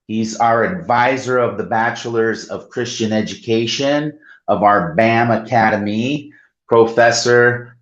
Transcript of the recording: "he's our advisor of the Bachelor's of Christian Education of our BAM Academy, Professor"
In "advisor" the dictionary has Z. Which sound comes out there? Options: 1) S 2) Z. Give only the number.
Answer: 2